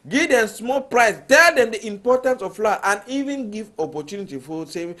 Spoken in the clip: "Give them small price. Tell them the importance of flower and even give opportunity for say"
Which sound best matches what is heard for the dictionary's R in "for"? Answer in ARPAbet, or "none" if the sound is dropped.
L